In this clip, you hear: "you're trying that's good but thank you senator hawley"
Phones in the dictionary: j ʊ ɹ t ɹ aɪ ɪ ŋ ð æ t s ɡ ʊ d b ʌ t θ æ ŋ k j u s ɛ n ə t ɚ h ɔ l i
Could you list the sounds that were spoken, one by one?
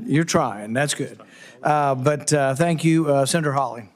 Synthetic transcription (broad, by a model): j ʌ ɹ t ɹ aɪ ɪ ŋ ð æ t s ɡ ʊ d b ʌ t θ æ ŋ k j u s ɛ n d ɚ h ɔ l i